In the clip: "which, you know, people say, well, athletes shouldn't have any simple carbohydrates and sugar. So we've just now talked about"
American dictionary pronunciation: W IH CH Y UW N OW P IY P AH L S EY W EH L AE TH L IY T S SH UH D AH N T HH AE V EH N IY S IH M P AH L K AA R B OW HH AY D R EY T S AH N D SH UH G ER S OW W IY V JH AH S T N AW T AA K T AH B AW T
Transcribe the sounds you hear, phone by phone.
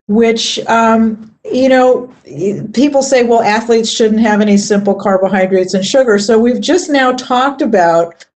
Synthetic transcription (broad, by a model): W IH CH Y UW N OW P IY P L S EY W EH L AE TH L IY T S SH UH D N T HH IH V EH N IY S IH M P L K AA R B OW HH AY D R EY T S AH N SH UH G ER S OW W IY V JH AH S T N AW T AA K T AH B AW T